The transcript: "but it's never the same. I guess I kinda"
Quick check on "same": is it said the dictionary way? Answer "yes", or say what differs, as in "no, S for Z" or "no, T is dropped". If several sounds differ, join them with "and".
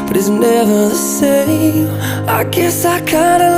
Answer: no, M is dropped